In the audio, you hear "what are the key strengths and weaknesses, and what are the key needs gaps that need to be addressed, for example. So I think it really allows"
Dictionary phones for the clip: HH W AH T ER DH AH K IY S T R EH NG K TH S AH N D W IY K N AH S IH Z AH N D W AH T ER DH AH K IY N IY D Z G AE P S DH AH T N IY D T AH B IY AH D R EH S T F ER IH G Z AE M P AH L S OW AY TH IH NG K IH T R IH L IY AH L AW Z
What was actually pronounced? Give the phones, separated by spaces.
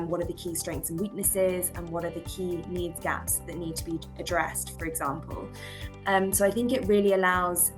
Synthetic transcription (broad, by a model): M W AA T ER DH AH K IY S T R EH NG K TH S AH N W IY K N AH S IH Z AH N W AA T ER DH AH K IY N IY D Z G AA P S DH AH T N IY D T AH B IY AH D R EH S T F ER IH G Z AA M P AH L S OW AY TH IH NG K IH T R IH L IY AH L AW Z